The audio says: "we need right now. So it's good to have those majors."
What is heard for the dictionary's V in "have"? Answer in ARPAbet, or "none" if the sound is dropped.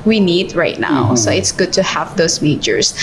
V